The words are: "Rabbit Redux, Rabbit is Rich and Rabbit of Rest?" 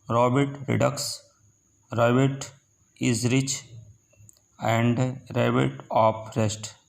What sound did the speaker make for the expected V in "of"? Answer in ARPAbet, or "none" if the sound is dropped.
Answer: P